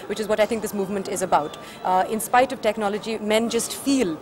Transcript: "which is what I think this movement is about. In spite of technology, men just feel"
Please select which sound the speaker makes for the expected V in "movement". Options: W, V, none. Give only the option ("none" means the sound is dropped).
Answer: V